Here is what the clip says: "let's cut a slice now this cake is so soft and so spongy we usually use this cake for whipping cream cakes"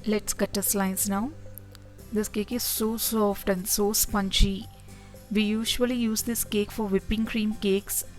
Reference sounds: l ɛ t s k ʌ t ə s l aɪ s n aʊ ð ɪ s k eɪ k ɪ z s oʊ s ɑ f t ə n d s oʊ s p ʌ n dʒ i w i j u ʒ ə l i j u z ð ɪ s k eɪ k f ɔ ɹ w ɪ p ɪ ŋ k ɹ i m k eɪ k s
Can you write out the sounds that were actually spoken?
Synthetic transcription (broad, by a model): l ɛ t s k ʌ t ə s l aɪ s n aʊ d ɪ s k eɪ k ɪ z s oʊ s ɑ f t ə n d s oʊ s p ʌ n tʃ i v i j u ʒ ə l i j u z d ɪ s k eɪ k f ɔ ɹ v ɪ p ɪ ŋ k ɹ i m k eɪ k s